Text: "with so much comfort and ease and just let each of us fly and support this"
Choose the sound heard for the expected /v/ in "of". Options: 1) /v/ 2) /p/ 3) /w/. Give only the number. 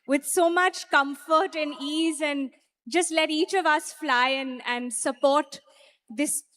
1